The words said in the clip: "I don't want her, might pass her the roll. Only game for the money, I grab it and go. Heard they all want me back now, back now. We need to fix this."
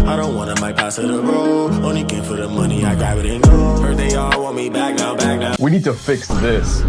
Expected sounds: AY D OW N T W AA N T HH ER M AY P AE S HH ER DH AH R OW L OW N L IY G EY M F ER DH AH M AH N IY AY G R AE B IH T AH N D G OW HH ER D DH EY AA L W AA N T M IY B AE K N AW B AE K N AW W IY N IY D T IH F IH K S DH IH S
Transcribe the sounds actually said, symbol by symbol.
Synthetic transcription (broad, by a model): AY D OW N T W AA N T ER M AY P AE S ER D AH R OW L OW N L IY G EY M F ER DH AH M AH N IY AY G AA IH T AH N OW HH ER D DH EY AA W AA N M IY B AE K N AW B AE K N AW W IY N IY D T IH F IH K S DH IH S